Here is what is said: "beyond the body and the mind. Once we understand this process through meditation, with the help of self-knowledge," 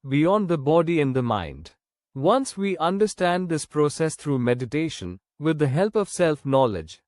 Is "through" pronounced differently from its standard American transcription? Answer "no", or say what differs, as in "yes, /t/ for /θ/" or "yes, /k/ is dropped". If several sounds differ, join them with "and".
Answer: yes, /t/ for /θ/